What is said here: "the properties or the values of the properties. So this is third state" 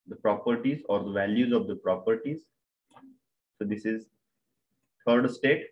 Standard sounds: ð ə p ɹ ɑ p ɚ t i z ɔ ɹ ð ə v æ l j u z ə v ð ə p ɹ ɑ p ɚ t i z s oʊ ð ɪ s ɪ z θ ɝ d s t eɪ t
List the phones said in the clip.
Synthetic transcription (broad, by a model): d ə p ɹ ɑ p ɚ t i z ɔ ɹ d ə v æ l j u z ə v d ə p ɹ ɑ p ɚ t i z s oʊ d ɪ s ɪ z t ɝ d s t eɪ t